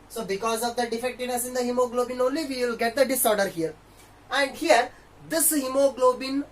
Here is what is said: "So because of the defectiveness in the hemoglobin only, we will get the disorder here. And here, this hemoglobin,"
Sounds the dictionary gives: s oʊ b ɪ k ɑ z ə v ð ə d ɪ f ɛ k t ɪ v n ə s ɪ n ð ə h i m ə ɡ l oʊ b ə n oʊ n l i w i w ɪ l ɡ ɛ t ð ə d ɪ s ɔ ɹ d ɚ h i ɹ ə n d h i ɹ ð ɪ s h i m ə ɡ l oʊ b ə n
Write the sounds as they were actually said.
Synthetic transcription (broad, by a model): s oʊ b ɪ k ɑ z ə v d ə d ɪ f ɛ k t ɪ v n ə s ɪ n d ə h i m ə ɡ l oʊ b ə n oʊ n l i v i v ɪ l ɡ ɛ t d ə d ɪ s ɔ ɹ d ɚ h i ɹ ə n d h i ɹ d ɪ s h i m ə ɡ l oʊ b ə n